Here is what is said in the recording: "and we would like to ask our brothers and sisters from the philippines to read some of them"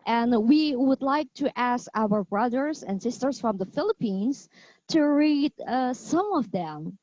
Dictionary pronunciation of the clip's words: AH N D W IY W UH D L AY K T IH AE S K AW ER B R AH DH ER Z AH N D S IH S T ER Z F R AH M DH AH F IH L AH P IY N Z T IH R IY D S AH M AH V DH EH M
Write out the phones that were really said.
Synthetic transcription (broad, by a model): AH N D W IY W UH D L AY K T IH AE S K AW ER B R AH DH ER Z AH N S IH S T ER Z F R AH M DH AH F IH L AH P IY N Z T IH R IY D S AH M AH V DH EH M